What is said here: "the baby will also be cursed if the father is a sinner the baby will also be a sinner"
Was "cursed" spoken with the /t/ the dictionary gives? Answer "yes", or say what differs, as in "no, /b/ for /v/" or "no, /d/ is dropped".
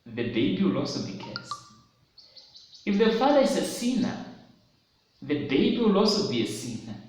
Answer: no, /t/ is dropped